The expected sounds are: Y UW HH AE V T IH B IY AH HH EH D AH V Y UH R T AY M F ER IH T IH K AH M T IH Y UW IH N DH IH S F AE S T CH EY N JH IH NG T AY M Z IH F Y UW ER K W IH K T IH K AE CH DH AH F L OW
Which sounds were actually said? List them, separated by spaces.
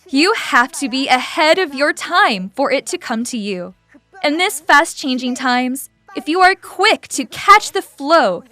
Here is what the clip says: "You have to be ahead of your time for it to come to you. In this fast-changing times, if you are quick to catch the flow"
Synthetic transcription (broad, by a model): Y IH HH AE F T IH B IY AH HH EH D AH V Y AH R T AY M F ER IH T IH K AH M T IH Y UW IH N DH IH S F AE S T CH EY N JH IH NG T AY M Z IH F Y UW ER K W IH K T IH K AE CH DH AH F L OW